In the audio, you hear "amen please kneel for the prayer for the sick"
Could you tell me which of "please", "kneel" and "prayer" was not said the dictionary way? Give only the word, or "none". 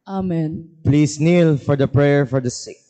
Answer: please